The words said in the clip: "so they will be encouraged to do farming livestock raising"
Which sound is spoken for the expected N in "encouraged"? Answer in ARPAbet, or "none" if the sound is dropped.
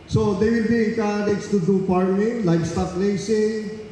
none